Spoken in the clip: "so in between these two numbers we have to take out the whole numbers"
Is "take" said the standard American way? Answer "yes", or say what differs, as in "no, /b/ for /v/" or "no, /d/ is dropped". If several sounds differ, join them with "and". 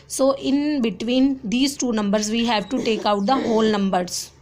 yes